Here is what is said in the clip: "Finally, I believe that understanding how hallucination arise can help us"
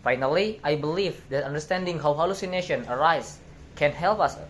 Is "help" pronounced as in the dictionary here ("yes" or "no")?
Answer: yes